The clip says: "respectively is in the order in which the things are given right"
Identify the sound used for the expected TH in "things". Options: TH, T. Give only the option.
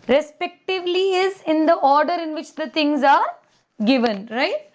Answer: T